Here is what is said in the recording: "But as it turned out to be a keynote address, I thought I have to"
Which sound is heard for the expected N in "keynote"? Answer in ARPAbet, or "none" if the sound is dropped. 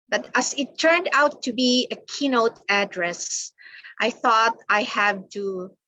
N